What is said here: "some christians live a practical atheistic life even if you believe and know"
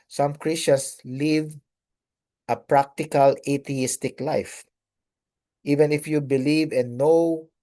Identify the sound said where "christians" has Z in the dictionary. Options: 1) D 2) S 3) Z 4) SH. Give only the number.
2